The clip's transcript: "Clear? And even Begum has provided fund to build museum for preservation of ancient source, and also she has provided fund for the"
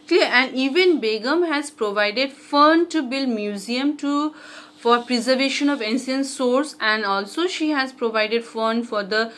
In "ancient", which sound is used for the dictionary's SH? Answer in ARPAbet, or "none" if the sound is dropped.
S